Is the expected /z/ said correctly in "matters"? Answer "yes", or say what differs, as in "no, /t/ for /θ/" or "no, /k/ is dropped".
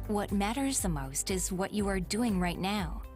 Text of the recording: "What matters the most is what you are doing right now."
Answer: yes